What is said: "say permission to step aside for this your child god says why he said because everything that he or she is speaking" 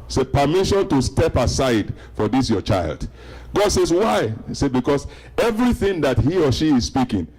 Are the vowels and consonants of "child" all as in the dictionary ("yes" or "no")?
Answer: yes